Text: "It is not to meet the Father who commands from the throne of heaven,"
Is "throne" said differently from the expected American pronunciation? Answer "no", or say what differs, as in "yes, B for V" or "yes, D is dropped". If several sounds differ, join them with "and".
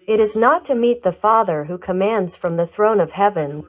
no